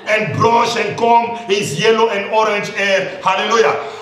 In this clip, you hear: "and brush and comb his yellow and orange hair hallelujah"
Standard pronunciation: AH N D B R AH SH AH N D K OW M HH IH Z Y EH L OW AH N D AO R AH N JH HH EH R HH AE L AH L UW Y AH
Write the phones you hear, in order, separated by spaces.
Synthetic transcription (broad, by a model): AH N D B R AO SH AH N D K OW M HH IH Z Y EH L OW AH N D AO R AH N JH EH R HH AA L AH L UW Y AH